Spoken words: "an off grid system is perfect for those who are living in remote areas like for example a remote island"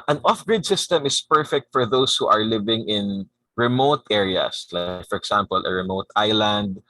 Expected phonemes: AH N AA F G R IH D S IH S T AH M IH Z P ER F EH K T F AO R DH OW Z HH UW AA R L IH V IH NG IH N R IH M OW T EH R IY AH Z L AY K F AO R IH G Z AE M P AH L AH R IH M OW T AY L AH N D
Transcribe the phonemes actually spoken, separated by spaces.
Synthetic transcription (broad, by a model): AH N AA F G R IH D S IH S T AH M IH S P ER F EH K T F AO R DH OW S HH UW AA R L IH V IH NG IH N R IH M OW T EH R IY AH S L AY K F AO R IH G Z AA M P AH L AH R IH M OW T AY L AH N D